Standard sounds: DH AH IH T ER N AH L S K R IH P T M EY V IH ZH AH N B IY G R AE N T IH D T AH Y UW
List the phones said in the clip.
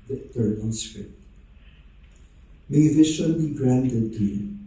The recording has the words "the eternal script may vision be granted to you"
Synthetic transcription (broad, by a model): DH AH IH T ER N AH L S R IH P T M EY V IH SH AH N B IY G R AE N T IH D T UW